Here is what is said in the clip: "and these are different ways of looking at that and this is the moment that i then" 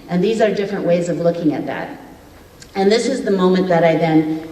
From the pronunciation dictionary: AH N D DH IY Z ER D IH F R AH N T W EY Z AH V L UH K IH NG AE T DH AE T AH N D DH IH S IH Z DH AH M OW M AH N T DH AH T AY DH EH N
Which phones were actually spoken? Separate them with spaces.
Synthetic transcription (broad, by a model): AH N DH IY Z ER D IH F R AH N T W EY Z AH V L UH K IH NG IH T DH AE T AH N DH IH S IH Z DH AH M OW M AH N DH AH T AY DH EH N